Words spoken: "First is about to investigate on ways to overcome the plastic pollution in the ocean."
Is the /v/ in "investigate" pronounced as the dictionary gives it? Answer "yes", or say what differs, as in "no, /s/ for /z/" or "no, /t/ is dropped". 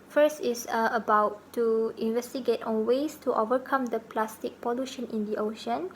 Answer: yes